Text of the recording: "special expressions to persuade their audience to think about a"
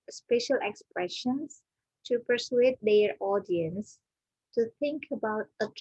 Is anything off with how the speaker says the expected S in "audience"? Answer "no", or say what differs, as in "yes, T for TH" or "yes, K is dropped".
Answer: no